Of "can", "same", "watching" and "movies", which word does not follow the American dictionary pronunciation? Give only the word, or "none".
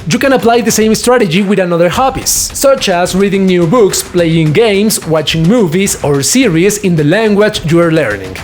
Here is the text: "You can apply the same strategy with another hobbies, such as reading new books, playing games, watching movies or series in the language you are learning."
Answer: movies